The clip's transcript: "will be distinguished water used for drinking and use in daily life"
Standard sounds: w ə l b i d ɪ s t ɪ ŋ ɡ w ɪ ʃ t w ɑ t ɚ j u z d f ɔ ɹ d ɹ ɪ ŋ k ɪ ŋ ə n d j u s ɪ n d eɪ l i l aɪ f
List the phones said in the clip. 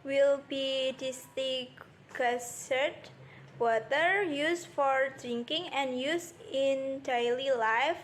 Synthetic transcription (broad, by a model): w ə l b i d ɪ s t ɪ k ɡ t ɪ t w ɑ t ɚ j u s f ɔ ɹ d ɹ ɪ ŋ k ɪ ŋ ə n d j u s ɪ n d eɪ l i l aɪ f